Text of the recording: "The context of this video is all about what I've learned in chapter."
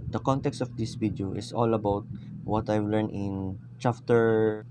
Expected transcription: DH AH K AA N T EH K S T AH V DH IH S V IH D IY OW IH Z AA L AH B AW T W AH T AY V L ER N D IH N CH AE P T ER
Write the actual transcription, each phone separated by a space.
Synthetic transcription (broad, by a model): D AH K AA N T EH K S T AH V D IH S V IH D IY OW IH S AA L AH B AW T W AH T AY V L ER N IH N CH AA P T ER